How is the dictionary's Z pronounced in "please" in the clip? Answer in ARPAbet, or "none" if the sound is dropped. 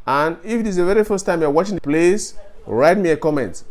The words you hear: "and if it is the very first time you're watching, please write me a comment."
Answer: S